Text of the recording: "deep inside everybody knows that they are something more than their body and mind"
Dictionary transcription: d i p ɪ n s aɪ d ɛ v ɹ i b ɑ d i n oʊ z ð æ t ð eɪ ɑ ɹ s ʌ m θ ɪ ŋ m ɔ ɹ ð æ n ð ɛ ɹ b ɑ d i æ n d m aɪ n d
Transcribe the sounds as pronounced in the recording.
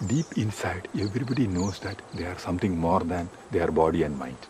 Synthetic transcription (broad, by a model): d i p ɪ n s aɪ d ɛ v ɹ i b ɑ d i n oʊ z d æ t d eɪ ɑ ɹ s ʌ m t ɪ ŋ m ɔ ɹ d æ n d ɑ ɹ b ɑ d i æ n d m aɪ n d